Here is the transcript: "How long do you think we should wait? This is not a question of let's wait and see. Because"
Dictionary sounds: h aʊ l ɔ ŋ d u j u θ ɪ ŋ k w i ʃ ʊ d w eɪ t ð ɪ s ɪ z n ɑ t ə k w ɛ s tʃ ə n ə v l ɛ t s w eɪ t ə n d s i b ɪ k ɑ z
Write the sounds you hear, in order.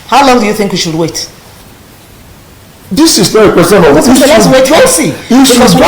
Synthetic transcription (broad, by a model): h aʊ l ɔ ŋ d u j u θ ɪ ŋ k w i ʃ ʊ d w eɪ t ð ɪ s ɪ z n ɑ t ə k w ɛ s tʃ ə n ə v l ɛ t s w eɪ t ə s i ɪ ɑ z